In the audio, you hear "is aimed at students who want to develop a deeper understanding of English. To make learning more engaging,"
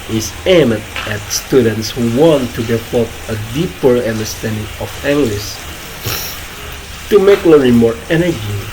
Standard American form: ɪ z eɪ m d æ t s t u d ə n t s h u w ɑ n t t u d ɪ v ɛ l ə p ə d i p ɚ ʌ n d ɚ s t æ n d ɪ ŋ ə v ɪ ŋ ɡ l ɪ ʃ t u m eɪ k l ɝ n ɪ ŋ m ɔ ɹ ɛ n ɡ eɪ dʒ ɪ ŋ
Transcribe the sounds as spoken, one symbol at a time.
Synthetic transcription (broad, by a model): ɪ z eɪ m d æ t s t u d ə n t s h u w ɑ n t t u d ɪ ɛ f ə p ə d i p ɚ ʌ n d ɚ s t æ n d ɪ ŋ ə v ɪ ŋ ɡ l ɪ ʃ t u m eɪ k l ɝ ɪ m ɔ ɹ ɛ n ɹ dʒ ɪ